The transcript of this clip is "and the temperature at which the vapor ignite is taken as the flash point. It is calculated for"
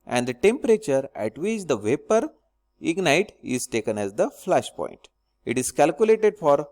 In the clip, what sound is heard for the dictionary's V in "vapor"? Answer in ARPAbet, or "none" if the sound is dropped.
V